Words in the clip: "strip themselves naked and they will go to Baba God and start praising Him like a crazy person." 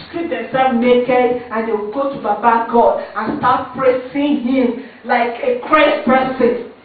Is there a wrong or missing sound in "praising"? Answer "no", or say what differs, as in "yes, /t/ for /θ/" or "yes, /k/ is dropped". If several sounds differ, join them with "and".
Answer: yes, /s/ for /z/